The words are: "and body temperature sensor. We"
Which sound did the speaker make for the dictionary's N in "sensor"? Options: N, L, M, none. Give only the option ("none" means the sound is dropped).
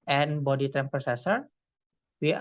none